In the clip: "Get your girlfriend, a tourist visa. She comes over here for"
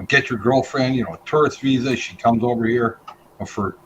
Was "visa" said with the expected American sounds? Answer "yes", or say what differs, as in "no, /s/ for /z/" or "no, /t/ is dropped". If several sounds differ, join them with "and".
yes